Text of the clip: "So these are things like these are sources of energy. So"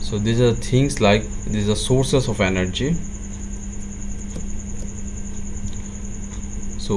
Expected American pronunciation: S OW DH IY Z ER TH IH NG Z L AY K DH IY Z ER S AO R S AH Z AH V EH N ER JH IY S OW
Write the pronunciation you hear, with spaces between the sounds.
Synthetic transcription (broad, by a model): S OW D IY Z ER T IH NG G L AY K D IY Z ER S AO R S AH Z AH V EH N ER JH IY S OW